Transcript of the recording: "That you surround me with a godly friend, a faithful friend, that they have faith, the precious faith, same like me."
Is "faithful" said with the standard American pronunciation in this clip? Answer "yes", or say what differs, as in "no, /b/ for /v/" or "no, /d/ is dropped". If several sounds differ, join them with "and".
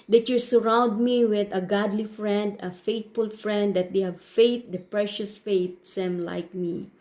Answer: no, /t/ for /θ/